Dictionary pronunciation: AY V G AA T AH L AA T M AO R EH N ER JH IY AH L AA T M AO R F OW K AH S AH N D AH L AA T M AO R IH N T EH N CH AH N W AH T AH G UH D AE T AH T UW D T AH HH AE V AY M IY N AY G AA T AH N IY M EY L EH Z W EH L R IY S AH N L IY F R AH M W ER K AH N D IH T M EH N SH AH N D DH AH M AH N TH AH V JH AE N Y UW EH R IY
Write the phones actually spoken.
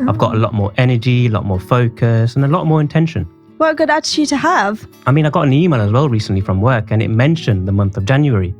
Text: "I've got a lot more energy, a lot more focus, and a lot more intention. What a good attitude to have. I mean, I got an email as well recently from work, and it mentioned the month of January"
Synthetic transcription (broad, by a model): AY V G AA T AH L AA T M AO R EH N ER JH IY AH L AA T M AO R F OW K AH S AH N AH L AA T M AO R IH N T EH N SH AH N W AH AH G UH D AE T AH T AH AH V AY M IY N AY G AA T AH N IY M EY L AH Z W EH L R IY S AH N L IY F R AH M W ER K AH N IH T M EH N SH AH N DH AH M AH N TH AH V JH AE N Y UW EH R IY